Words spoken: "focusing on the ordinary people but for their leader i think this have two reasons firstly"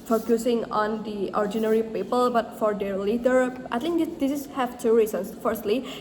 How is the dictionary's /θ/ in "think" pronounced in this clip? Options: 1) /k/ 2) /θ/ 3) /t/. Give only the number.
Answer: 3